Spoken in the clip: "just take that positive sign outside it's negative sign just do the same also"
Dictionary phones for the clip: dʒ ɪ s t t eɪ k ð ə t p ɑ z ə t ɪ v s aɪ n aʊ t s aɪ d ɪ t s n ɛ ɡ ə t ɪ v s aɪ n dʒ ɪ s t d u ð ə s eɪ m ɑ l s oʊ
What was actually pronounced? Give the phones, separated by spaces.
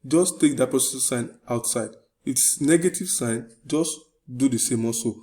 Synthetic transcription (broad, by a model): dʒ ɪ s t t eɪ k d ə t p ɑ s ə s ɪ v s aɪ n aʊ t s aɪ d ɪ t s n ɛ ɡ ə t ɪ v s aɪ n dʒ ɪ s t d u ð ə s eɪ m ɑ s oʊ